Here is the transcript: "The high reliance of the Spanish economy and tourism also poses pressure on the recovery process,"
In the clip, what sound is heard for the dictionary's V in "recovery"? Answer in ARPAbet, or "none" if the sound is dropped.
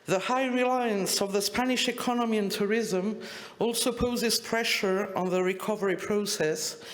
V